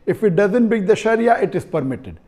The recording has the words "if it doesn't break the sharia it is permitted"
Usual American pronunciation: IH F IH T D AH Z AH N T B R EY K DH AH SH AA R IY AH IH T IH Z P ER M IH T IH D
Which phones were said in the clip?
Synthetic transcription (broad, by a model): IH F IH T D AH Z AH N T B EY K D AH SH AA R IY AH IH T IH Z P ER M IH T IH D